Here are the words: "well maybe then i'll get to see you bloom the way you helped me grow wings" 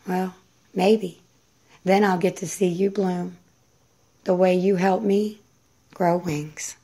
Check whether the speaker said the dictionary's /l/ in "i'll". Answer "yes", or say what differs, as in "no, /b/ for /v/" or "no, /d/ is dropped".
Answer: yes